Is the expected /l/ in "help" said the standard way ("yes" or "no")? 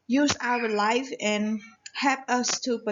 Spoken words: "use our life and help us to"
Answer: yes